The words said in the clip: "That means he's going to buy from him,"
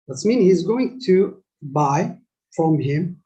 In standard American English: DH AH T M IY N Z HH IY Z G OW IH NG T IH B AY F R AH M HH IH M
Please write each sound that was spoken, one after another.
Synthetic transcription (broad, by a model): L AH T M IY N HH IY Z G OW IH NG T IH B AY F R AH M HH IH M